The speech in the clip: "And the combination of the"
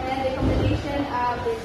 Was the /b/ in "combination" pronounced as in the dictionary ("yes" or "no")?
no